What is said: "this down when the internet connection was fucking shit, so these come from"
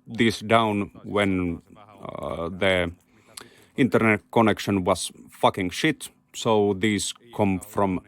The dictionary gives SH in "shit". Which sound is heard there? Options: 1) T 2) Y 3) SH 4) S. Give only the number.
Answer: 3